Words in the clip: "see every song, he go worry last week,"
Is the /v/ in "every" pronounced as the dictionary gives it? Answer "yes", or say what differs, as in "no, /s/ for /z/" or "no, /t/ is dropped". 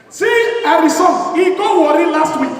no, /v/ is dropped